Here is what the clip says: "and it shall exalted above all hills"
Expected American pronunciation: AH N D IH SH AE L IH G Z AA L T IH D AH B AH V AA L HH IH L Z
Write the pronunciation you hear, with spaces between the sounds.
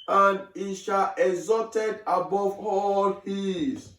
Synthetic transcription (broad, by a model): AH N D IH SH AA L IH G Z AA T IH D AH B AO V AA L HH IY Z